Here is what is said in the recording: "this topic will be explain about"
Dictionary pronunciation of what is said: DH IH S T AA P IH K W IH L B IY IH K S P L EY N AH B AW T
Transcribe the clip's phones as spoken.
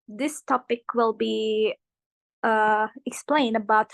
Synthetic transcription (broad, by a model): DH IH S T AA P IH K W IH L B IY IH K S P L EY N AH B AW T